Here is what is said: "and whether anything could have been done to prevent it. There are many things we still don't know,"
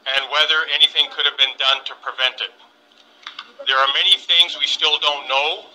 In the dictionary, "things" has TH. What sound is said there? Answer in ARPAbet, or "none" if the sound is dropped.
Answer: TH